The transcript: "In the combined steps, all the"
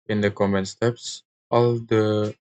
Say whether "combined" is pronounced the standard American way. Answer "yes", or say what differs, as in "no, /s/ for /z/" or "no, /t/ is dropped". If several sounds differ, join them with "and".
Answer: no, /b/ is dropped